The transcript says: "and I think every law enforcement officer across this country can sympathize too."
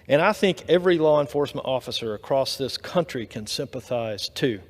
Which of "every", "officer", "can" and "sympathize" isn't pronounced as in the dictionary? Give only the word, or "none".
none